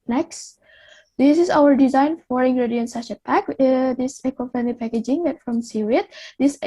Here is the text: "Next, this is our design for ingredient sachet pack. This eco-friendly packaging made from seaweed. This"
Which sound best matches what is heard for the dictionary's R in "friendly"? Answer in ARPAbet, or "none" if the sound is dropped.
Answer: none